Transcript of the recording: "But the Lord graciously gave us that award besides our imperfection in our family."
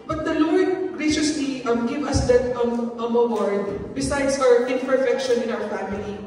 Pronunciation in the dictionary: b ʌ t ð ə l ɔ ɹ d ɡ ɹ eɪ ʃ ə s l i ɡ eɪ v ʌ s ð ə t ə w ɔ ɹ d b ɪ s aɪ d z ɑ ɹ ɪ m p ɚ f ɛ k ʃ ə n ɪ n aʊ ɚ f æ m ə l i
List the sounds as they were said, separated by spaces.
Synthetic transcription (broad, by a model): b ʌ t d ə l ɔ ɹ d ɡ ɹ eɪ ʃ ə s l i ɡ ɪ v ʌ s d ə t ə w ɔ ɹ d b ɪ s aɪ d s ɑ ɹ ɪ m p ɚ f ɛ k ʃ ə n ɪ n aʊ ɚ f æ m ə l i